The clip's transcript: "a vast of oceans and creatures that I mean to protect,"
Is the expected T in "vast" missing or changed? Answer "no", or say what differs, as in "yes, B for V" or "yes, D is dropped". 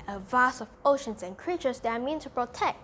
yes, T is dropped